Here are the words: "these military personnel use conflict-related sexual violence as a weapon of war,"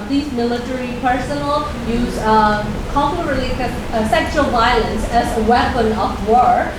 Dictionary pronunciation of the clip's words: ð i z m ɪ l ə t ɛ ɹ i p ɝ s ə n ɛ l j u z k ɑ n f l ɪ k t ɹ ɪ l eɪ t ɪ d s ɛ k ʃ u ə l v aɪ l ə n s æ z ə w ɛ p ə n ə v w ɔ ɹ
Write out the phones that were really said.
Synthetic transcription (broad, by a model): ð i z m ɪ l ə t ɛ ɹ i p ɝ s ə n l j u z k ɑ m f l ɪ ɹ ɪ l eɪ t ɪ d s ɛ k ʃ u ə l v aɪ l ə n s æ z ə w ɛ p ə n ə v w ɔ ɹ